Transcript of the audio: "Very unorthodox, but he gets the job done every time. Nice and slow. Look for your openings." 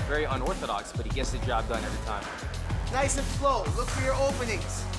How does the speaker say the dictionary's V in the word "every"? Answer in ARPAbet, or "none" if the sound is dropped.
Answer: none